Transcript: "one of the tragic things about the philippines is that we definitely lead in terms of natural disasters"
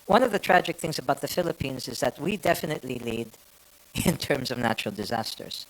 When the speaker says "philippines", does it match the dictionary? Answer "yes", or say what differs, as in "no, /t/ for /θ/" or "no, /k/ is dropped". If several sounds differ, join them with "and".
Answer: yes